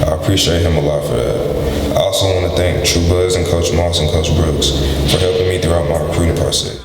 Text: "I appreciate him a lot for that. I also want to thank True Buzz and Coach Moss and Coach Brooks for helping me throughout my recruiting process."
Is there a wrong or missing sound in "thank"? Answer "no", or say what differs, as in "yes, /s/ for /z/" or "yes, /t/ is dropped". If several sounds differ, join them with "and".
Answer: no